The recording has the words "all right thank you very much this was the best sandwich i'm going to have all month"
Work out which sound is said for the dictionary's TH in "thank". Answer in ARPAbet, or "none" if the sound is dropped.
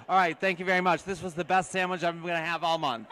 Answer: TH